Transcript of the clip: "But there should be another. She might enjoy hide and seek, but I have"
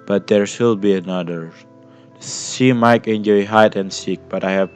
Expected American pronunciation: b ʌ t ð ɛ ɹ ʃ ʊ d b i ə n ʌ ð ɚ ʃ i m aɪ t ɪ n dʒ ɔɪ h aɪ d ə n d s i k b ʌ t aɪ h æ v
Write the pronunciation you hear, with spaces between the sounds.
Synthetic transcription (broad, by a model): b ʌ t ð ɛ ɹ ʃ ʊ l b i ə n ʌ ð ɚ s i m aɪ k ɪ n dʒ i h aɪ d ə n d s i k b ʌ t aɪ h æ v